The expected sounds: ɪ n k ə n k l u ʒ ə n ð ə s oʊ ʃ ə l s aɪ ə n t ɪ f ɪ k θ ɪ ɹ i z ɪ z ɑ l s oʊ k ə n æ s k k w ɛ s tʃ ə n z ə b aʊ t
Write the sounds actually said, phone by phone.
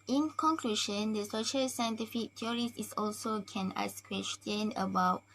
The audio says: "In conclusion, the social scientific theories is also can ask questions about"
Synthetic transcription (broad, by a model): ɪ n k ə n k l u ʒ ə n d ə s oʊ ʃ ə l s aɪ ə n t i f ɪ k t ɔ ɹ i s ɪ s ɑ l s oʊ k ə n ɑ s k k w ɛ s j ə n ə b aʊ t